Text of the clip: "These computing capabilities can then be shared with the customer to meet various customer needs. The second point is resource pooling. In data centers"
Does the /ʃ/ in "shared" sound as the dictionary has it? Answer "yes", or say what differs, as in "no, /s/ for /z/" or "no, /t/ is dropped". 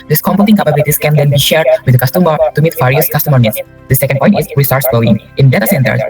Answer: yes